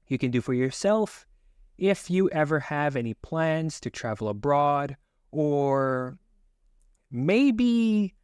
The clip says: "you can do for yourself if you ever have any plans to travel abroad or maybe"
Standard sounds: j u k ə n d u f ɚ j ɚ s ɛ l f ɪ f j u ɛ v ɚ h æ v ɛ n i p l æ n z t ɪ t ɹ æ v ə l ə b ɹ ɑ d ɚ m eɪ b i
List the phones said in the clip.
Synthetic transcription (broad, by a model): j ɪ k ə n d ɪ f ɚ j ɚ s ɛ l f ɪ f j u ɛ v ɚ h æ v ɛ n i p l æ n z t ɪ t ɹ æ v l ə b ɹ ɑ d ɚ m eɪ b i